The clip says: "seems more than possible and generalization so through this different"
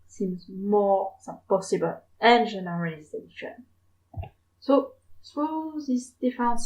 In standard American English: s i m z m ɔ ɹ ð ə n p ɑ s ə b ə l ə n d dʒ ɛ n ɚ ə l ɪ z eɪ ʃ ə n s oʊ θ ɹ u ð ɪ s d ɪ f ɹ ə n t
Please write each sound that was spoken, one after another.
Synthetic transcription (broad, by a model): s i m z m ɔ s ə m p ɑ s ə b ə l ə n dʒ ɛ n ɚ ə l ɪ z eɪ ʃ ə n s oʊ s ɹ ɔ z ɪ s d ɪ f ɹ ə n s